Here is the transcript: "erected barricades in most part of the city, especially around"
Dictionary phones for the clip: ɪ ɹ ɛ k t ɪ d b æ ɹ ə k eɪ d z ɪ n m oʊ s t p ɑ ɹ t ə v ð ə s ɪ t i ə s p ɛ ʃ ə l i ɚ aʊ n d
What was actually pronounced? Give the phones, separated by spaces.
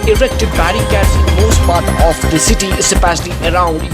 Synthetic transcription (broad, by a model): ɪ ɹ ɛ k t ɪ d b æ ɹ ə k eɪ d s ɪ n m oʊ s t p ɑ ɹ t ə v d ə s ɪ t i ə p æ s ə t i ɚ aʊ n d